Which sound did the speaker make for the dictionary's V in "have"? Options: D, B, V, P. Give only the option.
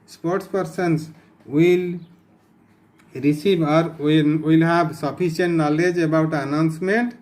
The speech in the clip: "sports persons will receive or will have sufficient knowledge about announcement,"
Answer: B